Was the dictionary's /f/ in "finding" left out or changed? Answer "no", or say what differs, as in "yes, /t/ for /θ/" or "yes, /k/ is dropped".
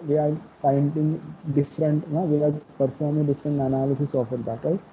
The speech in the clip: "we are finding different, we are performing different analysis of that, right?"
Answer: yes, /p/ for /f/